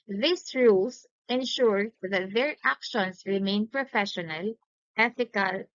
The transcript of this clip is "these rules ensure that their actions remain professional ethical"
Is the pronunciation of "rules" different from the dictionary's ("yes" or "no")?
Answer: yes